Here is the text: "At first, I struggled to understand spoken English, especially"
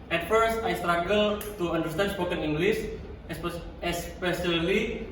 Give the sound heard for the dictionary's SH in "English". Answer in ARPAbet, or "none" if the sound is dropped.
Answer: S